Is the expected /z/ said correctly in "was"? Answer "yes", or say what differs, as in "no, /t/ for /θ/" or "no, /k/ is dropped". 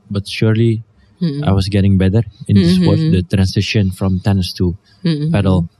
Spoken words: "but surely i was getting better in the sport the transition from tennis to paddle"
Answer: no, /s/ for /z/